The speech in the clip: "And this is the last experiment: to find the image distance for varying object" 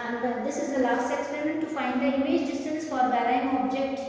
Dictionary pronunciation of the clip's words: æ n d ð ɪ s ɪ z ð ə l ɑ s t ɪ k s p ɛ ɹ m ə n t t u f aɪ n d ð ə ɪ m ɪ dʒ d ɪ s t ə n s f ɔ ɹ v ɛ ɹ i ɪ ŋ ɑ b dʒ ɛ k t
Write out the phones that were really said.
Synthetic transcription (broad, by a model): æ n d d ɪ s ɪ z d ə l ɑ s t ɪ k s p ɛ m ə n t t u f aɪ n d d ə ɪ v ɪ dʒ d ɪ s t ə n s f ɔ ɹ b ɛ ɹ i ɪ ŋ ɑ b dʒ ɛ k t